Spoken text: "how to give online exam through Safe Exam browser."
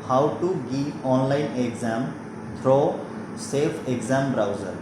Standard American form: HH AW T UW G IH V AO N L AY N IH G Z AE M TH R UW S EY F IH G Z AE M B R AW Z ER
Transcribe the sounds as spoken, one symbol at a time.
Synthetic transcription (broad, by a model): HH AW T UW G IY AO N L AY N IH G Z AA M T R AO S EY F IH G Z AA M B R AW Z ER